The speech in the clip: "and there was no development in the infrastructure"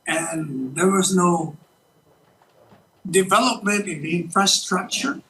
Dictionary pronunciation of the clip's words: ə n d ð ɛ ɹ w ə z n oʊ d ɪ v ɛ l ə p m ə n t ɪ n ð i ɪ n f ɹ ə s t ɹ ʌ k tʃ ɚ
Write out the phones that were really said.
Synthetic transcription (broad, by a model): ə n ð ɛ ɹ w ə z n oʊ d ɪ v ɛ l ə p m ə n t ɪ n ð i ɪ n f ɹ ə s t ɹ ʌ k tʃ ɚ